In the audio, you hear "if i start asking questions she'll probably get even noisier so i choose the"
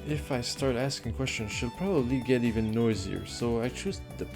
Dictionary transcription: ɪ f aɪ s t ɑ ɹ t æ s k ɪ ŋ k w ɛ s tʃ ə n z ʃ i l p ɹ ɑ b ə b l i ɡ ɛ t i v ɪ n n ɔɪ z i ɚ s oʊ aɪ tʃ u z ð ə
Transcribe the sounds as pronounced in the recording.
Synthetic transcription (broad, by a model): ɪ f aɪ s t ɑ ɹ t æ s k ɪ ŋ k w ɛ s tʃ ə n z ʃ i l p ɹ ɑ b ə b l i ɡ ɛ t i v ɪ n n ɔɪ z i ɚ s oʊ aɪ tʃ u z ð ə